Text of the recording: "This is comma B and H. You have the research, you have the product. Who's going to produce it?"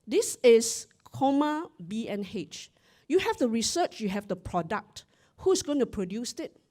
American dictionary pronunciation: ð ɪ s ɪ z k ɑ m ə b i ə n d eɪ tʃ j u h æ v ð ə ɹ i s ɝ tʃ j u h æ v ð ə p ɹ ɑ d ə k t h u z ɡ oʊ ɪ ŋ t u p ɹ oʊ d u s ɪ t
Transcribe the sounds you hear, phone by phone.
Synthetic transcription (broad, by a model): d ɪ s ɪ s k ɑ m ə b i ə n eɪ tʃ j u h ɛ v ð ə ɹ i s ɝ tʃ j u h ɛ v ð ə p ɹ ɑ d ə k t h u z ɡ oʊ ɪ ŋ t u p ɹ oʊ d u s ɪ t